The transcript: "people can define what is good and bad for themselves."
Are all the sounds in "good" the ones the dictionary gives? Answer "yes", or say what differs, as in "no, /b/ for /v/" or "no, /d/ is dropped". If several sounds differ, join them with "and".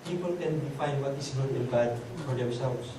no, /d/ is dropped